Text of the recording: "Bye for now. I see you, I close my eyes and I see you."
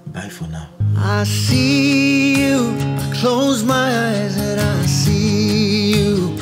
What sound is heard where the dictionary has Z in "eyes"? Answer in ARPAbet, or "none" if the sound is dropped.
Z